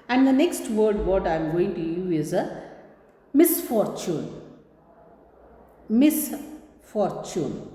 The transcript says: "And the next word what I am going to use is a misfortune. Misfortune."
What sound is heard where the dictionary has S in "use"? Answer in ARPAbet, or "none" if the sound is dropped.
none